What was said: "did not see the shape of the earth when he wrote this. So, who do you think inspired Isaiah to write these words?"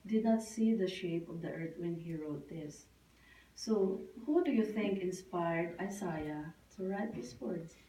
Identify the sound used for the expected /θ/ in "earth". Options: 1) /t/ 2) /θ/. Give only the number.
1